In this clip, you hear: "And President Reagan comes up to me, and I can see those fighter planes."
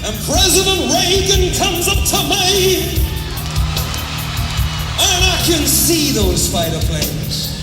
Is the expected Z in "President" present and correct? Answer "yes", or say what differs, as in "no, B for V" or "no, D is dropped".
yes